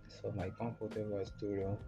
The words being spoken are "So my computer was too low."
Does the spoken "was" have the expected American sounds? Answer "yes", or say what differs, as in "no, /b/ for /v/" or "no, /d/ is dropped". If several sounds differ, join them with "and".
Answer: no, /s/ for /z/